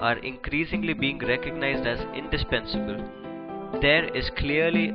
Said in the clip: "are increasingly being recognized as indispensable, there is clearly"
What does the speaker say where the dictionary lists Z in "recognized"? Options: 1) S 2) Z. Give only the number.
2